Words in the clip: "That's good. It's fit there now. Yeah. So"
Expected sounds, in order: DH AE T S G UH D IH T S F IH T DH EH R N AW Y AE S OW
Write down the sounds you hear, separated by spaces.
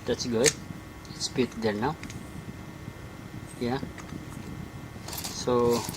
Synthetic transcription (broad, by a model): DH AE T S G UH D IH T S P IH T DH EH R N AW Y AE S OW